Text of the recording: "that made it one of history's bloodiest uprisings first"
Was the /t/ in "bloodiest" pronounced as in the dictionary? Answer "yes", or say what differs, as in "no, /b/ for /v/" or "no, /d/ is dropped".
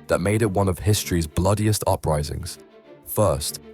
yes